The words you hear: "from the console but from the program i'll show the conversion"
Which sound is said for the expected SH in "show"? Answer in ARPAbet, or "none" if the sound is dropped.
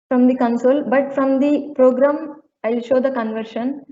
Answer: SH